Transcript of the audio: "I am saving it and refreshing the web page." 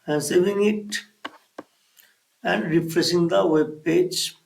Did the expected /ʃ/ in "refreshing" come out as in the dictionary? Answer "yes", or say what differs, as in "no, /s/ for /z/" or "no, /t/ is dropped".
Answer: no, /s/ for /ʃ/